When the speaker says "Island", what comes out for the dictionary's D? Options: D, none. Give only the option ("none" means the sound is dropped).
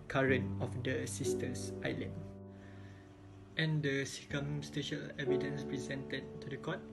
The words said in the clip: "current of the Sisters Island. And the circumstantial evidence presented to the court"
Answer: none